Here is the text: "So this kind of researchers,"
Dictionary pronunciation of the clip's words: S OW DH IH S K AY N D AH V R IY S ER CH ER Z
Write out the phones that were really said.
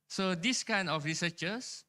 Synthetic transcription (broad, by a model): S OW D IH S K AY N D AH F R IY S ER CH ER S